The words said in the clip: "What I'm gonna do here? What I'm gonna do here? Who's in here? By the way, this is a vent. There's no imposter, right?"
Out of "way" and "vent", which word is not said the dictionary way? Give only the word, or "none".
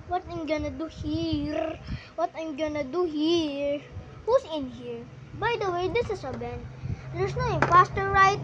vent